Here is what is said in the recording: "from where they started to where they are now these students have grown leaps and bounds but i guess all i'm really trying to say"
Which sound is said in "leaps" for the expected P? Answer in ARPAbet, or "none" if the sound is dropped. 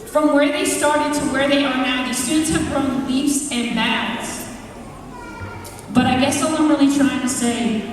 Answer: F